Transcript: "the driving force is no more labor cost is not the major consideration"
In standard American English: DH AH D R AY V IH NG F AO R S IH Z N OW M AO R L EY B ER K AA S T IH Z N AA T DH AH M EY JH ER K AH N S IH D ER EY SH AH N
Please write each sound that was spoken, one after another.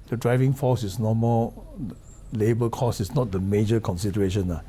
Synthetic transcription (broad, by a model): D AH D R AY V IH NG F AO S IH S N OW M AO L EY B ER K AA S IH S N AA T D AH M EY JH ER K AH N S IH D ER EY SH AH N